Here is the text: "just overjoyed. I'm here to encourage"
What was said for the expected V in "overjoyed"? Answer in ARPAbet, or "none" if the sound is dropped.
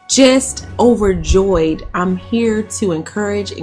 V